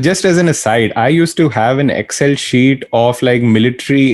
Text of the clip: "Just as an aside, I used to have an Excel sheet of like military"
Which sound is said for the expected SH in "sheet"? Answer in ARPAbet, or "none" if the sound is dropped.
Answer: SH